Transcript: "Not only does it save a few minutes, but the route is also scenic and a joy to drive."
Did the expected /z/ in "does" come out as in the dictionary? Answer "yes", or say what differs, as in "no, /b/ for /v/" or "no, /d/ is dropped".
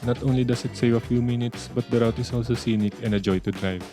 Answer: no, /s/ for /z/